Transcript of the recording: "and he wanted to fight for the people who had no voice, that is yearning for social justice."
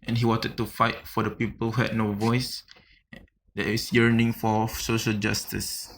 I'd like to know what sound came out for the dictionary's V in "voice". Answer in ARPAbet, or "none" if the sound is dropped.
V